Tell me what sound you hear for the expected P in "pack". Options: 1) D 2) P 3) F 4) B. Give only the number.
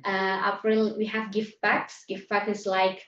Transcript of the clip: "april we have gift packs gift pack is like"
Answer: 4